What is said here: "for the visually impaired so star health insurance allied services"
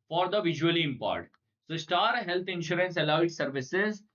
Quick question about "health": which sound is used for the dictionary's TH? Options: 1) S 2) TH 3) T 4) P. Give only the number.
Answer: 3